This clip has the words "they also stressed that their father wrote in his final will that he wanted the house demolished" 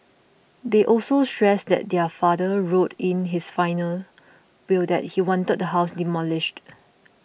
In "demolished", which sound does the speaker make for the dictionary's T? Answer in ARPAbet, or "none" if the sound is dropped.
T